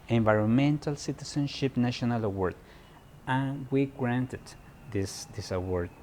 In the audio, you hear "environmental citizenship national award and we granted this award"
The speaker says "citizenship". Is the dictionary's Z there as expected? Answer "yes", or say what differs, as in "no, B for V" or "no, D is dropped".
no, S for Z